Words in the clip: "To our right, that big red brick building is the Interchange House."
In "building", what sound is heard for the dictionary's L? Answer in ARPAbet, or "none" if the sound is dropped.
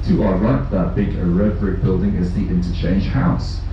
L